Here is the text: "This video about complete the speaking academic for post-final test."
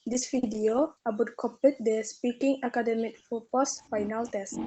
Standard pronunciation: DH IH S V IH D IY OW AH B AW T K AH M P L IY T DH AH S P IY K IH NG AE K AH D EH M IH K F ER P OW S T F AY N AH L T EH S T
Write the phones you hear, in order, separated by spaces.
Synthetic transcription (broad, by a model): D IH S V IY D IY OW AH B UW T K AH P IY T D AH S P IY K IH NG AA K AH D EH M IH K F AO P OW S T F AY N AH L T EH S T